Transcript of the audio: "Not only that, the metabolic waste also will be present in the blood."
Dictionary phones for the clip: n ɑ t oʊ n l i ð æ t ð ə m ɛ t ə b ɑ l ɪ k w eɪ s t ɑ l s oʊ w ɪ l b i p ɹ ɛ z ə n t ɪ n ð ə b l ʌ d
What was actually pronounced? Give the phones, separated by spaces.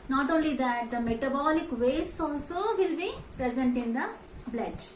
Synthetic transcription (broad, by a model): n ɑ t oʊ n l i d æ t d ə m ɛ t ə b ɑ l ɪ k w eɪ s ɑ l s oʊ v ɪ l b i p ɹ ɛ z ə n t ɪ n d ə b l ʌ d